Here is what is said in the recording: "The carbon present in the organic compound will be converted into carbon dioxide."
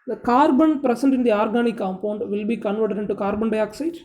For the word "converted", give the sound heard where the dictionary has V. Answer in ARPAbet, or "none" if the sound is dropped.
V